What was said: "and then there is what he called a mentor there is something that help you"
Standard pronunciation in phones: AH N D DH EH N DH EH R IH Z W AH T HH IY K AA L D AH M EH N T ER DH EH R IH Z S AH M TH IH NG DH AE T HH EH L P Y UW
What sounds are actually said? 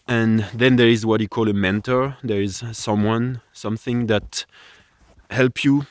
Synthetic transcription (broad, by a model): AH N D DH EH N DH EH R IH Z W AH T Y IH K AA L AH M EH N T ER DH EH R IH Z S AH M TH IH NG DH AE T HH EH L P Y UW